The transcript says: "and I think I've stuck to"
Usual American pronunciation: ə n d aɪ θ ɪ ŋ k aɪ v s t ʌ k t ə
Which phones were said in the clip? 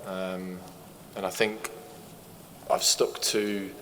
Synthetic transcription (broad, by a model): ə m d aɪ θ ɪ ŋ k aɪ v s t ʌ k t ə